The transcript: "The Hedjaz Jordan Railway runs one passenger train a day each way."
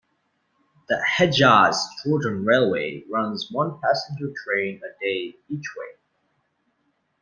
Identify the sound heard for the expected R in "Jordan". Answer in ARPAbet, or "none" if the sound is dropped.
L